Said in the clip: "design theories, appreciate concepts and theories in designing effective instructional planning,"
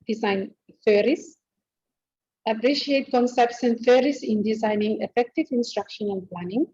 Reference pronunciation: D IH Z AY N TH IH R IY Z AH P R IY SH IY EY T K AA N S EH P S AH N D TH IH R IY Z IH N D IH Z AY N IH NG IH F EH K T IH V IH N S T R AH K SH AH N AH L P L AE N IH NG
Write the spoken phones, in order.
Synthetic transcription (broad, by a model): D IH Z AY N F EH R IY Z AH P R IY SH IY EY T K AA N S EH P S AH N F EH R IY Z IH N D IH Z AY N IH NG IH F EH K T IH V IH N S T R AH K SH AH N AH N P L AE N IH NG